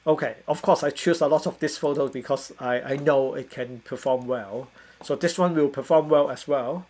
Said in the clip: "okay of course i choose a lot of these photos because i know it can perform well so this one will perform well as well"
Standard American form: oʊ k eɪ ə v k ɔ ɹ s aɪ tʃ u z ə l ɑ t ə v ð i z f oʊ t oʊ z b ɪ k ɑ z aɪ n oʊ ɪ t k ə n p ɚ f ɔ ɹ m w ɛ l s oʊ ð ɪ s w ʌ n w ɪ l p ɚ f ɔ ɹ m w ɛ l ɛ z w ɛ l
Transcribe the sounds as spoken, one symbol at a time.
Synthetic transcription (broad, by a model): oʊ k eɪ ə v k ɔ s aɪ tʃ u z ə l ɑ t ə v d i s f oʊ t oʊ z b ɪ k ɑ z aɪ n oʊ ɪ t k ə n p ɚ f ɔ m w ɛ l s oʊ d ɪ s w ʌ n w ɪ l p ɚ f ɔ m w ɛ l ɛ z w ɛ l